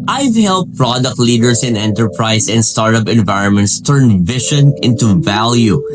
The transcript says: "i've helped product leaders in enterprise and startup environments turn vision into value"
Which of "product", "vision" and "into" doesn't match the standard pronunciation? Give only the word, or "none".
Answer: vision